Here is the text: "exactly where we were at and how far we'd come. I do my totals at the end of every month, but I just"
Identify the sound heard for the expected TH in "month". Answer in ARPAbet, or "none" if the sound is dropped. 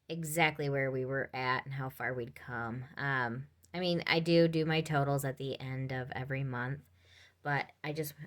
TH